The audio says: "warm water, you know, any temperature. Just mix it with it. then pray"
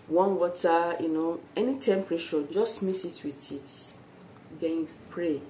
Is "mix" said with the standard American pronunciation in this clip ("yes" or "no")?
no